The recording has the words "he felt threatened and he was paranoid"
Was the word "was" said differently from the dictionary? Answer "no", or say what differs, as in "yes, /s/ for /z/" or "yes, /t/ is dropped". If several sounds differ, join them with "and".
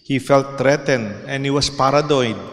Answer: yes, /s/ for /z/